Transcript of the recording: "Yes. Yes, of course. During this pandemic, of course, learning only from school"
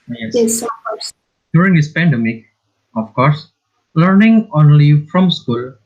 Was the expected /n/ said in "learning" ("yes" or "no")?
yes